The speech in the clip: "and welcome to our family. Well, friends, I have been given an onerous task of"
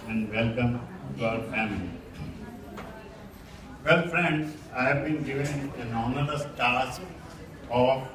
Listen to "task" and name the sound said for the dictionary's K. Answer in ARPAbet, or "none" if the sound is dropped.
none